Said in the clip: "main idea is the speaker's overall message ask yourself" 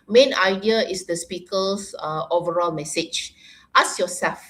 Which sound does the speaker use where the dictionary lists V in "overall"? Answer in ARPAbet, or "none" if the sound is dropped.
V